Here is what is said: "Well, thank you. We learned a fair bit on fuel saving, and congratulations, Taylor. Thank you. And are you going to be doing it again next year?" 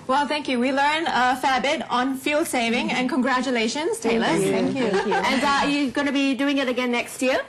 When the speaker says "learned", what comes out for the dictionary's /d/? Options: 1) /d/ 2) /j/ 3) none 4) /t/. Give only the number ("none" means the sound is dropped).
3